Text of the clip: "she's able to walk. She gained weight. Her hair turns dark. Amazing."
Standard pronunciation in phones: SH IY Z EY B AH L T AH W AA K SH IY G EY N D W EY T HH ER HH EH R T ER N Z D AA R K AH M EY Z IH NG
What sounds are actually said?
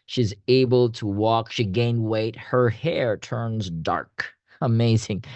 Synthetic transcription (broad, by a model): SH IY Z EY B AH L T AH W AA K SH IY G EY N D W EY T HH ER HH EH R T ER N Z D AA R K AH M EY Z IH NG